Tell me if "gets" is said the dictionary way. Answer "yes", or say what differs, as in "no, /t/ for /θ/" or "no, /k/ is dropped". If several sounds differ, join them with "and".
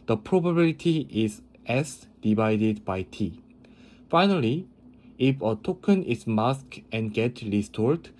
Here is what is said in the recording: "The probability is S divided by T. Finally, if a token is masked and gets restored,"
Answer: no, /s/ is dropped